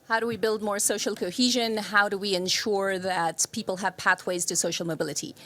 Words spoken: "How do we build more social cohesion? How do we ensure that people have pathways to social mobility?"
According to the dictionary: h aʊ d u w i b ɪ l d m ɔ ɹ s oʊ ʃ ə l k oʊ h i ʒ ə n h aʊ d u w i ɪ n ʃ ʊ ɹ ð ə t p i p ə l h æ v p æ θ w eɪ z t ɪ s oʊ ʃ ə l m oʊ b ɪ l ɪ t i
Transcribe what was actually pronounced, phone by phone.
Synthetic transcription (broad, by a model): h aʊ d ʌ w i b ɪ l d m ɔ ɹ s oʊ ʃ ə l k oʊ h i ʒ ə n h aʊ d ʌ w i ɪ n ʃ ʊ ɹ ð ə t p i p l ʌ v p æ θ w eɪ z t ɪ s oʊ ʃ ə l m oʊ b ɪ l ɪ t i